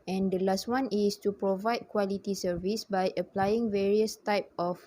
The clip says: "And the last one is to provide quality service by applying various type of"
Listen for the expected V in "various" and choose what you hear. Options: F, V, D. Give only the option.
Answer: V